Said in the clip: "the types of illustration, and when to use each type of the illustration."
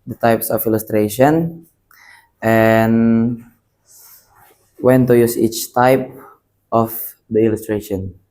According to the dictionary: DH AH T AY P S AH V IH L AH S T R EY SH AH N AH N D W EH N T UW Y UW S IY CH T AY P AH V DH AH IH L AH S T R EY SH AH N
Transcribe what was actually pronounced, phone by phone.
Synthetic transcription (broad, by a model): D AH T AY P S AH F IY L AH S T R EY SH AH N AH N W EH N T UW Y UW S IY CH T AY P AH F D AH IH L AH S T R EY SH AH N